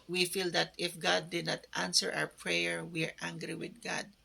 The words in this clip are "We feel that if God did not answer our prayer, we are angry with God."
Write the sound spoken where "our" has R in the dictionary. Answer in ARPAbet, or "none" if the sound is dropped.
W